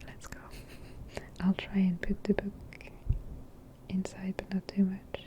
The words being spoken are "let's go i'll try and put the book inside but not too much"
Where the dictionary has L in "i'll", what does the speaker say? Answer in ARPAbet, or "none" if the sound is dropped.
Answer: L